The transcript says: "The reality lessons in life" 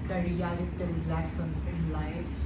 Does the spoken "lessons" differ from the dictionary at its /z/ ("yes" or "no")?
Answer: yes